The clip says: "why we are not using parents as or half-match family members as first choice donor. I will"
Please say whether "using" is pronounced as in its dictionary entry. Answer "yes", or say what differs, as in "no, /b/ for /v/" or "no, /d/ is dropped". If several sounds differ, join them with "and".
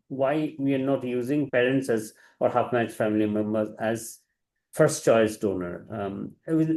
yes